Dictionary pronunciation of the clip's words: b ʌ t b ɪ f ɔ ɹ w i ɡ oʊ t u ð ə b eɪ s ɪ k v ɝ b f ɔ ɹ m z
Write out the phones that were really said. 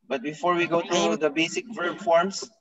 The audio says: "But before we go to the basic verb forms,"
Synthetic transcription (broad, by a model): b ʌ t b ɪ f ɔ ɹ w i ɡ oʊ t u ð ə b eɪ s ɪ k f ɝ f ɔ ɹ m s